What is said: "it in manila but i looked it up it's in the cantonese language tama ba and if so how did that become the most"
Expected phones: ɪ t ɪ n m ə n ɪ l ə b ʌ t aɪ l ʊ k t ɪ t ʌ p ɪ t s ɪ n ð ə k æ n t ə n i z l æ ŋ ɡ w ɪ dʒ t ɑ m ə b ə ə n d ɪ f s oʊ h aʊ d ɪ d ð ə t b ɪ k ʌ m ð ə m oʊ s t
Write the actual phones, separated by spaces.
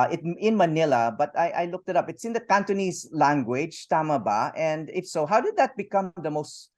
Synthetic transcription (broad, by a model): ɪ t ɪ n m ə n ɪ l ə b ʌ t aɪ l ʊ k t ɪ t ʌ p ɪ t s ɪ n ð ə k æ n t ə n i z l æ ŋ ɡ w ɪ dʒ t ɑ m ə b ə ə n d ɪ f s oʊ h aʊ d ɪ d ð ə t b ɪ k ʌ m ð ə m oʊ s t